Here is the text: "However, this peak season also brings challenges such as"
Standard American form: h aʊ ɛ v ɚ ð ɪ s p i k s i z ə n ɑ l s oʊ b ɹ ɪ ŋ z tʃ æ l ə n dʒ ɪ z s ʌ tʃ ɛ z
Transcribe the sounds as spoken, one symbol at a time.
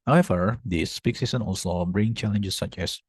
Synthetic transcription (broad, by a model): h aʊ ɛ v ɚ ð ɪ s p i k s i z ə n ɑ l s oʊ b ɹ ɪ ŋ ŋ tʃ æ l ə n dʒ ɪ s ʌ tʃ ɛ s